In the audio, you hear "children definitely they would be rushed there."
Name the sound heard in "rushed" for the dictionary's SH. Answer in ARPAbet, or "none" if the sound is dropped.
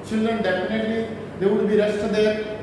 S